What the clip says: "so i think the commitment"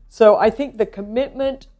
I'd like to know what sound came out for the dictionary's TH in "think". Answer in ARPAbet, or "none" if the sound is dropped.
TH